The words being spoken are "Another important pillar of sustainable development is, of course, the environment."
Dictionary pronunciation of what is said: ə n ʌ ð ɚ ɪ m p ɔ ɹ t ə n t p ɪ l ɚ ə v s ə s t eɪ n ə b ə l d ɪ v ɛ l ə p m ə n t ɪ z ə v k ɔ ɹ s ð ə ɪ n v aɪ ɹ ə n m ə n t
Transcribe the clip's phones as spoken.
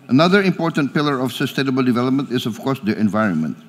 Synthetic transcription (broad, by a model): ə n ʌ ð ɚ ɪ m p ɔ ɹ t ə n t p ɪ l ɚ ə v s ə s t eɪ n ə b ə l d ɪ v ɛ l ə p m ə n t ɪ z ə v k ɔ ɹ s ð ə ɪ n v aɪ ɹ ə n m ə n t